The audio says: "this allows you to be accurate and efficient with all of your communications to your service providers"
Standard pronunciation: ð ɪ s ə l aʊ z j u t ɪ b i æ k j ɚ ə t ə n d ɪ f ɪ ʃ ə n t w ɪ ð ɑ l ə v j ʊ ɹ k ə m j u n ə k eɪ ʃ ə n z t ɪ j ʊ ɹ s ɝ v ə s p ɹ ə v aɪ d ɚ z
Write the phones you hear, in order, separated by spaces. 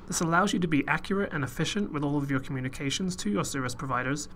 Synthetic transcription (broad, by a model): ð ɪ s ə l aʊ z j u t ɪ b i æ k j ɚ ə t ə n ɪ f ɪ ʃ ə n t w ɪ ð ɑ l ə v j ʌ ɹ k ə m j u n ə k eɪ ʃ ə n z t ɪ j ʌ ɹ s ɝ v ə s p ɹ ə v aɪ d ɚ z